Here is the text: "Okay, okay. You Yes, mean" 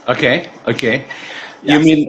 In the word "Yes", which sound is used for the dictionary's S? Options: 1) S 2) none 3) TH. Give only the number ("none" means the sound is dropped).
2